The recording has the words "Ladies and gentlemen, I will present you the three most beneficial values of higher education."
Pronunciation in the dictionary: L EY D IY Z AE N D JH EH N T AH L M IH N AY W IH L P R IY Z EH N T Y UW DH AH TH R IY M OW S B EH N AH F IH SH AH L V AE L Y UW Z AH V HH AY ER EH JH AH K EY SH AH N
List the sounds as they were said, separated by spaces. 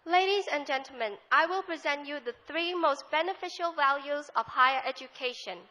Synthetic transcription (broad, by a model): L EY D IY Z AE N JH EH N T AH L M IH N AY W IH L P R IY Z EH N T Y UW DH AH TH R IY M OW S B EH N AH F IH SH AH L V AE L Y UW Z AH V HH AY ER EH JH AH K EY SH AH N